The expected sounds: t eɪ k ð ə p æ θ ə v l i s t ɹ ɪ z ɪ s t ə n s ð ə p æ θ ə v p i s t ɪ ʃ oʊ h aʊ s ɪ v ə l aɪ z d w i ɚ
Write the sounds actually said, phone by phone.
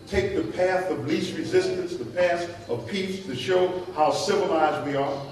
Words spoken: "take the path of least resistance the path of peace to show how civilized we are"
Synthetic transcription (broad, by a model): t eɪ k ð ə p æ θ ə v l i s ɹ ɪ z ɪ s t ə n s ð ə p æ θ ə v p i s t ɪ ʃ oʊ h aʊ s ɪ v ə l aɪ z d w i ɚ